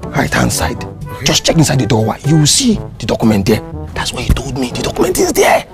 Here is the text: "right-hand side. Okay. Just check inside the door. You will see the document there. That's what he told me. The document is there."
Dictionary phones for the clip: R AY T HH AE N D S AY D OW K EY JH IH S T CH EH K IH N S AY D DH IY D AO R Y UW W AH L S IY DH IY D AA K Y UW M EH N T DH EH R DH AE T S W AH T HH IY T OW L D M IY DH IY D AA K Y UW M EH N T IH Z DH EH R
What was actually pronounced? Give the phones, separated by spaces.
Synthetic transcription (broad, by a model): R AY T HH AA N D S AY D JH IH S CH EH K IH N S AY D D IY D AO W Y UW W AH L S IY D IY D AA K Y UW M EH N T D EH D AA T S W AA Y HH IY T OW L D M IY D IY D AA K Y UW M EH N T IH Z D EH